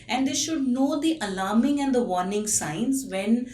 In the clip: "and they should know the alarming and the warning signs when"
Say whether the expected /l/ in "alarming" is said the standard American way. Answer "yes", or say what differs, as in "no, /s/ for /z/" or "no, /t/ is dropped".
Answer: yes